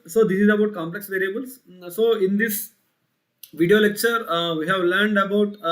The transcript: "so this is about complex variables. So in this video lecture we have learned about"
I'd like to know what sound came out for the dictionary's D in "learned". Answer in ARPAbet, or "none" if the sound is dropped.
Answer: D